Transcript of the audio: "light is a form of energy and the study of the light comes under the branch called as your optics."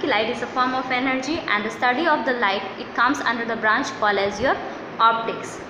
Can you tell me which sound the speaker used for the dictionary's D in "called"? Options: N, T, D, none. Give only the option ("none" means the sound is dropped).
none